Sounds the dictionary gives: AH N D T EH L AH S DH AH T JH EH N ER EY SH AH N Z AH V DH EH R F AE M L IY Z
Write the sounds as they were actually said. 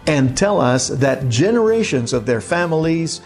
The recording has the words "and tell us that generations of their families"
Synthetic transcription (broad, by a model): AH N T EH L AH S DH AH T JH EH N ER EY SH AH N Z AH V DH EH R F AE M L IY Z